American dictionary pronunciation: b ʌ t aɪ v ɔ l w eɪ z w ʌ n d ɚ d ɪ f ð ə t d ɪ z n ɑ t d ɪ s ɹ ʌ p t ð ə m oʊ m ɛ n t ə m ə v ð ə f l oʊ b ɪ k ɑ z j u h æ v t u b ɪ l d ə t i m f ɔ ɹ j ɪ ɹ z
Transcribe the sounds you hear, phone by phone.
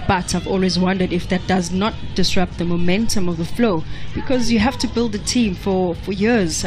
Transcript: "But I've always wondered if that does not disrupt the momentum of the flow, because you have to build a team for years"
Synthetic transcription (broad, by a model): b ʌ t aɪ v ɔ l w eɪ z w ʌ n d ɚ d ɪ f ð ə t d ɪ z n ɑ t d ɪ s ɹ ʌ p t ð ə m oʊ m ɛ n t ə m ə v ð ə f l oʊ b ɪ k ɑ z j u h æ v t u b ɪ l d ə t i m f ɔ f j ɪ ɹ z